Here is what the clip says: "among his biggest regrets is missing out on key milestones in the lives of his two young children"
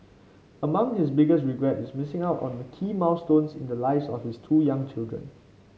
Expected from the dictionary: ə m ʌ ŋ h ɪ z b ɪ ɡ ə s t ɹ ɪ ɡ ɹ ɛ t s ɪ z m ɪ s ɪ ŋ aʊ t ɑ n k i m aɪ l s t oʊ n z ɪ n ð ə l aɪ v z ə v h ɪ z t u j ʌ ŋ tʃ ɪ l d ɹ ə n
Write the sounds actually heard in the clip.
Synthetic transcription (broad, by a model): ə m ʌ ŋ h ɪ s b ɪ ɡ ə s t ɹ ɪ ɡ ɹ ɛ t ɪ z m ɪ s ɪ ŋ aʊ t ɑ n k i m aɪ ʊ s t oʊ n s ɪ n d ə l aɪ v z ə f h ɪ s t u j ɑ ŋ tʃ ɪ l d ɹ ə n